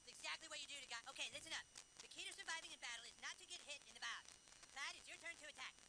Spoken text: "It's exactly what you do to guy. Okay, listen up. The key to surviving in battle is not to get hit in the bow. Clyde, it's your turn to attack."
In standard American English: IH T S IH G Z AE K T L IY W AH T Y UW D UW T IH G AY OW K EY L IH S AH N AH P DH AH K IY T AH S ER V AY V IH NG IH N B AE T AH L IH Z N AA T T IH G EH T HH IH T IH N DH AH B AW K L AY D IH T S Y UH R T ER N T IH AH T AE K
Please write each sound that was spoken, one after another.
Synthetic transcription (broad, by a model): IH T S IH G Z AE K T L IY W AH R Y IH D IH T IH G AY OW K EY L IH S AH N AH F DH AH K IY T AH S ER V AY V IH NG IH N B AE T L IH Z N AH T T IH G EH T HH IH T IH N DH AH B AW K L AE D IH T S Y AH R T ER N T IH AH T AE K